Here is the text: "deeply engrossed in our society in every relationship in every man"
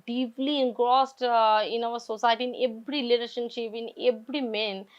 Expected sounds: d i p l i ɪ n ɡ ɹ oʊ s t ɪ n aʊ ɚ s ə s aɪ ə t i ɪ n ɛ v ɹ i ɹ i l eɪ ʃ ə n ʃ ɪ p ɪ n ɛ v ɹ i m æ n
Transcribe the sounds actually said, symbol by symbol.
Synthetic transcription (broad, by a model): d i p l i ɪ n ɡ ɹ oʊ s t ɪ n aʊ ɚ s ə s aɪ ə t i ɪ n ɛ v ɹ i l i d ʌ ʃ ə n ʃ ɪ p ɪ n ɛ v ɹ i m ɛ n